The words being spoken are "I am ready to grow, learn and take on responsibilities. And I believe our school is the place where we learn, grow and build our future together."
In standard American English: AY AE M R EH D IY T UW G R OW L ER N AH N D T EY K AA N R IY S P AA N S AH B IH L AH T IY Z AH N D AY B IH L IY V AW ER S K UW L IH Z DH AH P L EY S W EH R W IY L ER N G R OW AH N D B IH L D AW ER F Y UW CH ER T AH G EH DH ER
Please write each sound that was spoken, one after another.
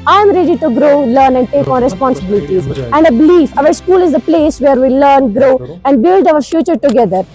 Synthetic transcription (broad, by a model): AY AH M R EH D IY T UW G R OW L ER N AH N D T EY K AA N R IY S P AA N S AH B IH L AH T IY Z AH N D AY B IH L IY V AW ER S K UW L IH Z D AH P L EY S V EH R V IY L ER N G R OW AH N D B IH L D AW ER F Y UW CH ER T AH G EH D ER